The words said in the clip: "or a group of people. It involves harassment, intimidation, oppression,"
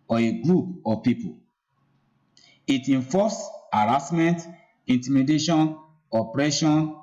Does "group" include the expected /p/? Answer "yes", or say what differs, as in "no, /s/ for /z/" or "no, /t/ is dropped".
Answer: yes